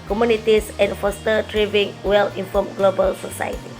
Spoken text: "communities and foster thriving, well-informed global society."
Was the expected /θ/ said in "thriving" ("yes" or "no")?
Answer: no